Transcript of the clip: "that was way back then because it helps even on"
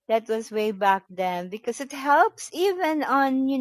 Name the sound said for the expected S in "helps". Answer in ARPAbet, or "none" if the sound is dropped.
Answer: S